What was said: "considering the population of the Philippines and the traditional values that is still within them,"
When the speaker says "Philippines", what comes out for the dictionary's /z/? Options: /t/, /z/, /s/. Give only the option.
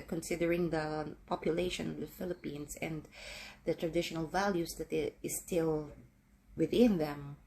/s/